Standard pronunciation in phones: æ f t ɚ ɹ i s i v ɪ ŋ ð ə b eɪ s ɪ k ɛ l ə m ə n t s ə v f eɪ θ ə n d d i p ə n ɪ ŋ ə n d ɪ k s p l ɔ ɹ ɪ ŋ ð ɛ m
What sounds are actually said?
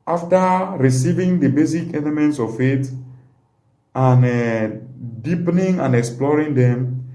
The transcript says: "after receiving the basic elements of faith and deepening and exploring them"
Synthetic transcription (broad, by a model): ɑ f t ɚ ɹ i s i v ɪ ŋ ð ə b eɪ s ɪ k ɛ l ə m ə n t s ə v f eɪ t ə n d d i p ə n ɪ ŋ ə n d ɪ k s p l ɔ ɹ ɪ ŋ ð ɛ m